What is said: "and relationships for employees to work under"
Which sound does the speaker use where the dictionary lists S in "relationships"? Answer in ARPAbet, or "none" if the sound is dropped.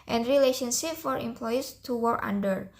none